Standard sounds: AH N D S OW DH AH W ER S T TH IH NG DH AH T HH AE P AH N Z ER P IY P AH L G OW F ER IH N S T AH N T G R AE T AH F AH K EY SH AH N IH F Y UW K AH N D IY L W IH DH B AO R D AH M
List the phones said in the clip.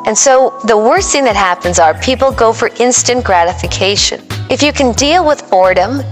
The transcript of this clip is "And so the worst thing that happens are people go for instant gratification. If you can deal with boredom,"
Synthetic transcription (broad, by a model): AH N S OW DH AH W ER S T TH IH NG DH AH T HH AE P AH N Z ER P IY P L G OW F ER IH N S T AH N G R AE T AH F AH K EY SH AH N IH F Y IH K AH N D IY L W IH DH AO R D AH M